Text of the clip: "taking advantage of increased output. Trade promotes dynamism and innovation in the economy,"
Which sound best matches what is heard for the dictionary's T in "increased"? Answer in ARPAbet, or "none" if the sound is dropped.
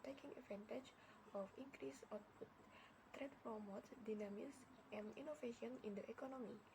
none